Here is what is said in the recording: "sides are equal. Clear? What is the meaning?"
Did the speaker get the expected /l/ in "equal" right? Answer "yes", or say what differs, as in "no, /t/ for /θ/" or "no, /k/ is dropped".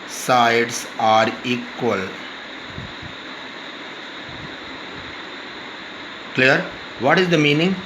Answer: yes